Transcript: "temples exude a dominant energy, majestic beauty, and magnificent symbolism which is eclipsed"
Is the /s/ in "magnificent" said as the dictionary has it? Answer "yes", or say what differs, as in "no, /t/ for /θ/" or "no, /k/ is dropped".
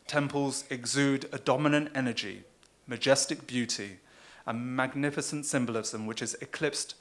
yes